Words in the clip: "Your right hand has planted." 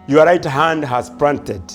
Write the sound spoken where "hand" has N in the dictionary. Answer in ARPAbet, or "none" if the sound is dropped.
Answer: N